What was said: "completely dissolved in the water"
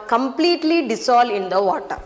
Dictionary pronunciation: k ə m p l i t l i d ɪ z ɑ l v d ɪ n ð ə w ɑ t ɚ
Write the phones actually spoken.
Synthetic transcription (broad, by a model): k ə m p l i t l i d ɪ s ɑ l d ɪ n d ə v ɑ t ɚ